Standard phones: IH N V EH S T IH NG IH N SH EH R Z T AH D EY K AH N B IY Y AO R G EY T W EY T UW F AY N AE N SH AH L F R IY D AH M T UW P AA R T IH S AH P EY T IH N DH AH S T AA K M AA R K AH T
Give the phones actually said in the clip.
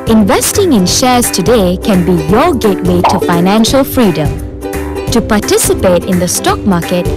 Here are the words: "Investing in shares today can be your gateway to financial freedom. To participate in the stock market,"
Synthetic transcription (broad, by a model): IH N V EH S T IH NG IH N SH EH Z T AH D EY K AH N B IY Y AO G EY T W EY T UW F AY N AE N SH AH L F R IY D AH M T UW P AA T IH S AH P EY T IH N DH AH S T AA K M AA K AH T